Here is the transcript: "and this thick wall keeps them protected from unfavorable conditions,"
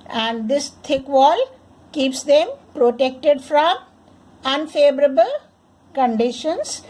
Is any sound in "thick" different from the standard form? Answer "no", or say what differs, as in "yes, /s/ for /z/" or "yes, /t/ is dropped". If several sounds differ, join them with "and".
yes, /t/ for /θ/